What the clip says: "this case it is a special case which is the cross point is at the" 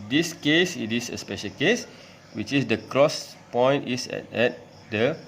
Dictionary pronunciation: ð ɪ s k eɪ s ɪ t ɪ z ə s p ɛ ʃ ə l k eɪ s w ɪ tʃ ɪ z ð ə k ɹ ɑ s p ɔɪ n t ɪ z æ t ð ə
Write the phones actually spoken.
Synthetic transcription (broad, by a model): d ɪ s k eɪ s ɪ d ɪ s ə s p ɛ ʃ ə l k eɪ s w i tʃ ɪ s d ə k ɹ ɑ s p ɔɪ n t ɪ s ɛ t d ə